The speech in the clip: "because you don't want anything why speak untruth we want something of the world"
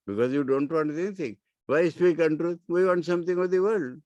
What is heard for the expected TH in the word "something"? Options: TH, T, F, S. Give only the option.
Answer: T